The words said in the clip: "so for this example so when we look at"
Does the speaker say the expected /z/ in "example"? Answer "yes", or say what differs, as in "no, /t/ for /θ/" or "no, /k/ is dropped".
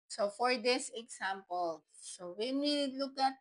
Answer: no, /s/ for /z/